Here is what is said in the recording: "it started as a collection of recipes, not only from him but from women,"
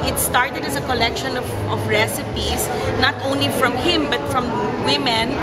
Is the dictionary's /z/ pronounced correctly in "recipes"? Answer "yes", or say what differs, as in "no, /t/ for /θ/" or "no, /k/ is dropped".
no, /s/ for /z/